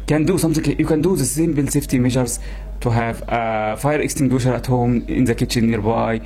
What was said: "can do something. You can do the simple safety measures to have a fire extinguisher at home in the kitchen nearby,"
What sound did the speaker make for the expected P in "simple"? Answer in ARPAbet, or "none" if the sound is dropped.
B